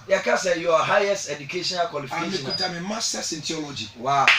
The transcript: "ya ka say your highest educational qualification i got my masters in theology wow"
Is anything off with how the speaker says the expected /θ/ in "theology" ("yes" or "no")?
yes